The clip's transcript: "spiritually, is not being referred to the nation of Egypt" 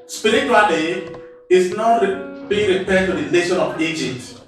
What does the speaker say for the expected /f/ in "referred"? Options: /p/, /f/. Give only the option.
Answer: /p/